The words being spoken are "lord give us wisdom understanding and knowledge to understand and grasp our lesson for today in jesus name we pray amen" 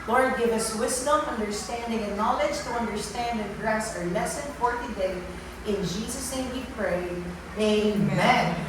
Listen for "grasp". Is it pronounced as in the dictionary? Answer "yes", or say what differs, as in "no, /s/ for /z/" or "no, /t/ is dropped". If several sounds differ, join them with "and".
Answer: no, /p/ is dropped